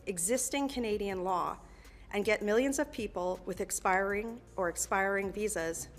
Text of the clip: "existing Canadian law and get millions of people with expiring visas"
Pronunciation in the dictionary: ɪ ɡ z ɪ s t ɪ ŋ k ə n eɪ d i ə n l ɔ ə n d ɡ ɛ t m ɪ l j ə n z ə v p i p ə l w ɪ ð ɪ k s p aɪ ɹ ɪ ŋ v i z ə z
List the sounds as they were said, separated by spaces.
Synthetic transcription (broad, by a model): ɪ ɡ z ɪ s t ɪ ŋ k ə n eɪ d i ə n l ɔ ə n ɡ ɛ t m ɪ l j ə n z ə v p i p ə l w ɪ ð ɪ k s p aɪ ɹ ɪ ŋ v i z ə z